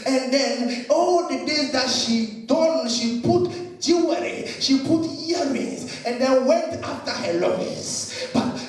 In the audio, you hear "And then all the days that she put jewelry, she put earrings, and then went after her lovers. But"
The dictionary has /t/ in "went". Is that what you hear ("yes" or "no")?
yes